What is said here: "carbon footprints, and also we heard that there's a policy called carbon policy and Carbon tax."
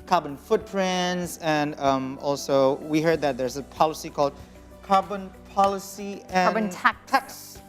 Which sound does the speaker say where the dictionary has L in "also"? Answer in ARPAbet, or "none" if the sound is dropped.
L